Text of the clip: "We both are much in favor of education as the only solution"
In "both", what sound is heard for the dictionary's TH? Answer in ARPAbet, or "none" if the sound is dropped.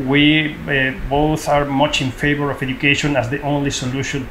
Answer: TH